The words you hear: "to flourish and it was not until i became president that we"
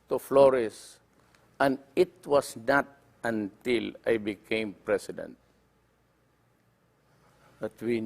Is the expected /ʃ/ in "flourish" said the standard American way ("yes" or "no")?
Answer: no